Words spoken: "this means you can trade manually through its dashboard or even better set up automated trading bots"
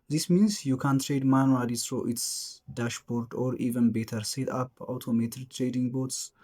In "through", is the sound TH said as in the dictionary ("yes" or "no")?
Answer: no